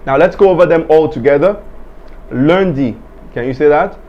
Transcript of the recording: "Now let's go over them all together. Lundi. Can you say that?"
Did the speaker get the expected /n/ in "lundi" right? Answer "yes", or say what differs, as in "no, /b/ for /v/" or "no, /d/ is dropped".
yes